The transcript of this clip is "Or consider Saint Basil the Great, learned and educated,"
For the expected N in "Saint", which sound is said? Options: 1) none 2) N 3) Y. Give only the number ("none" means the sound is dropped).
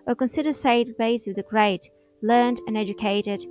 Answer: 1